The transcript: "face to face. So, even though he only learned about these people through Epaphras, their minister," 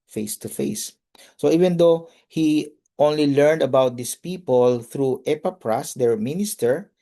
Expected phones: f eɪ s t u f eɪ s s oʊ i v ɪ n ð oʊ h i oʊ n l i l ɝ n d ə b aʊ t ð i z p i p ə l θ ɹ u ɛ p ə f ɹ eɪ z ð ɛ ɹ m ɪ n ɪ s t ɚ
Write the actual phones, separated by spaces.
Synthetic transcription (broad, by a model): f eɪ s t u f eɪ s s oʊ i v ɪ n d oʊ h i oʊ n l i l ɝ n d ə b aʊ t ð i s p i p ə l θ ɹ u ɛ p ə p ɹ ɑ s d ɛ ɹ m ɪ n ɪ s t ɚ